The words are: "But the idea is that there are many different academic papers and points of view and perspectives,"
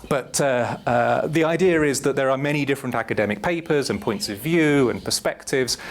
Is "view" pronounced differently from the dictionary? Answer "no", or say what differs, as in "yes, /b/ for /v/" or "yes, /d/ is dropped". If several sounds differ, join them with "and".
no